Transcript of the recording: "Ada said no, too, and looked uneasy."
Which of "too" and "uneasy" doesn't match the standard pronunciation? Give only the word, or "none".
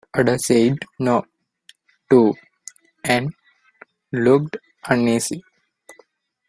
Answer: uneasy